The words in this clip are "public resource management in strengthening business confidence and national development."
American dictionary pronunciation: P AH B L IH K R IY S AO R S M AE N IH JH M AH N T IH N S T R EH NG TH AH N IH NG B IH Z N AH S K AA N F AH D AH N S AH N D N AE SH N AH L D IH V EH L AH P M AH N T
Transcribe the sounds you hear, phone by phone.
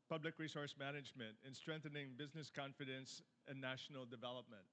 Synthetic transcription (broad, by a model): P AH B L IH K R IY S AO R S M AE N IH JH M AH N T IH N S T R EH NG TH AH N IH NG B IH Z N AH S K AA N F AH D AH N S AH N N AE SH N L D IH V EH L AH P M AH N T